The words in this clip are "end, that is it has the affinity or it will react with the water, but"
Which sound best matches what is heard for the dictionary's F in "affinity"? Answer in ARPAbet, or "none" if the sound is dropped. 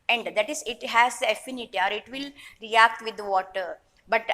F